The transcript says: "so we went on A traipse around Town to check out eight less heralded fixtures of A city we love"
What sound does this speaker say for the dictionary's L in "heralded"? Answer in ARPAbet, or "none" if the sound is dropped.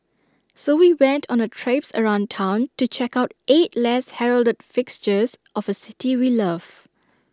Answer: L